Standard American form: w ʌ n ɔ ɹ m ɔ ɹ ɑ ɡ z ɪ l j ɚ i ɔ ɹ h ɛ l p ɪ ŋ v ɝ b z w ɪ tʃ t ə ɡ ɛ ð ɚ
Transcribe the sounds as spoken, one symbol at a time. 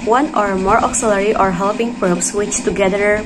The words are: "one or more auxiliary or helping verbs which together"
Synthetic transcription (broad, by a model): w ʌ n ɔ ɹ m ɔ ɹ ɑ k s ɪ l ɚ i ɔ ɹ h ɛ l p ɪ ŋ p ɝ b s w ɪ tʃ t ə ɡ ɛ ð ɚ